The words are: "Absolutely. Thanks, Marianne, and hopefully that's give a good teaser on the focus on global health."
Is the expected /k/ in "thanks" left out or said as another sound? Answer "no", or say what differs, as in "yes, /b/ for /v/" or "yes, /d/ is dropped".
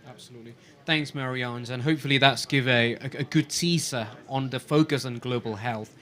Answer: no